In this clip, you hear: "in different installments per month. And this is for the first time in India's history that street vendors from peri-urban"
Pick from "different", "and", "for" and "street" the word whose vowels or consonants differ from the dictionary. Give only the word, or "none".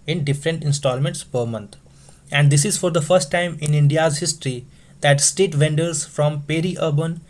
street